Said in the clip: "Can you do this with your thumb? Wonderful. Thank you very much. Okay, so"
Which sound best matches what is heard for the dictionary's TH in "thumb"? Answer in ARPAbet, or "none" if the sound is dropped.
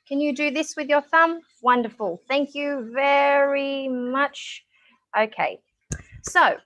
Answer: TH